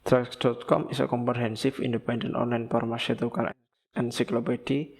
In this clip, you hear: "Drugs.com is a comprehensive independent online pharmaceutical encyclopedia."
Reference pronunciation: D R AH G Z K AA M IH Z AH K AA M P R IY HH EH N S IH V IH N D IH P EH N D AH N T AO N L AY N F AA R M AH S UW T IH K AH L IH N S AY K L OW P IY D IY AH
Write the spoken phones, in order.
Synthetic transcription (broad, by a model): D R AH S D K AA M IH S AH K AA M P R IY HH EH N S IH F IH N D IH P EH N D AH N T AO N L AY N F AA R M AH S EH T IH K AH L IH N S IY K L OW P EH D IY